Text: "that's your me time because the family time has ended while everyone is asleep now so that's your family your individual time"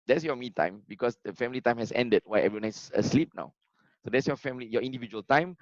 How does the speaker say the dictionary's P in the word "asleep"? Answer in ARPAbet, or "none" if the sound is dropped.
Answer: P